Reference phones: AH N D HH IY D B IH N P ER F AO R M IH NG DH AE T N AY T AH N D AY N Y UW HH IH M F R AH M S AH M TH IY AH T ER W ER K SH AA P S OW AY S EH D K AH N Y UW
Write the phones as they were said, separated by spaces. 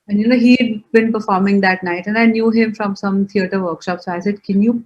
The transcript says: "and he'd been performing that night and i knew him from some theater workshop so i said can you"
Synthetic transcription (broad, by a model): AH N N HH IY D B IH N P ER F AO R M IH NG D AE T N AY T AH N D AY N Y UW HH IH M F R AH M S AH M T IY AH T ER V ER K SH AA P S OW AY S EH D K AH N Y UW